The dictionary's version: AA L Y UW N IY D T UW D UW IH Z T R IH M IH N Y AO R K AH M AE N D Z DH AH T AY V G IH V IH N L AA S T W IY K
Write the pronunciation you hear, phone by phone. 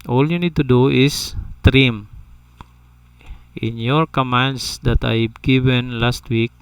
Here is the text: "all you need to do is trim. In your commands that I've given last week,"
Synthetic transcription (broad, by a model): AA L Y UW N IY D T UW D UW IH S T R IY M IH N Y AO R K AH M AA N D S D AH T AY B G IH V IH N L AA S T W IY K